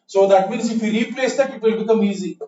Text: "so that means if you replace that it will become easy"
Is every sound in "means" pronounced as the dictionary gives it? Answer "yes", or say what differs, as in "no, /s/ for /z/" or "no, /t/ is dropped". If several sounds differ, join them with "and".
yes